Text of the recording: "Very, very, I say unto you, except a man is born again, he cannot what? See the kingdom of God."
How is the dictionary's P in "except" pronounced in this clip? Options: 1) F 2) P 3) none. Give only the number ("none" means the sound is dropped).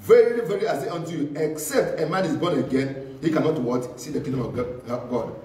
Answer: 2